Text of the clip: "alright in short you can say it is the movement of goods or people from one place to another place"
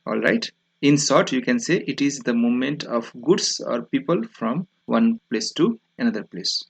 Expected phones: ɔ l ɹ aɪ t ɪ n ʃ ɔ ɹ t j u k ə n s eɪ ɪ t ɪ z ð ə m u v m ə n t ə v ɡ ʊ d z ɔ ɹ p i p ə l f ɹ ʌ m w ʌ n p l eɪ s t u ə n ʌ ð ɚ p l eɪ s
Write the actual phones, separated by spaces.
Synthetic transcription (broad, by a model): ɔ l ɹ aɪ t ɪ n s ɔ ɹ t j u k ə n s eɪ ɪ t ɪ z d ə m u m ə n t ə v ɡ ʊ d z ɔ ɹ p i p ə l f ɹ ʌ m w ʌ n p l eɪ s t u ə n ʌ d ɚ p l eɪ s